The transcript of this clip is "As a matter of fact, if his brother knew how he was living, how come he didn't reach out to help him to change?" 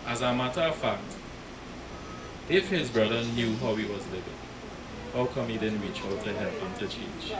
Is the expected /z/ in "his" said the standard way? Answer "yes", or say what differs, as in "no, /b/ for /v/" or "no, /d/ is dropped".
yes